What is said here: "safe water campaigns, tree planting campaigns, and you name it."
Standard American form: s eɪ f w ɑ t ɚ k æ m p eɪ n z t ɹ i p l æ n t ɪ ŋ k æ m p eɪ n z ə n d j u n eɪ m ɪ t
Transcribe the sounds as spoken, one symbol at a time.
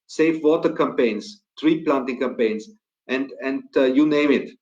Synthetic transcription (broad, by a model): s eɪ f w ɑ t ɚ k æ m p eɪ n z t ɹ i p l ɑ n t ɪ ŋ k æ m p eɪ n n ə n d j u n eɪ m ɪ t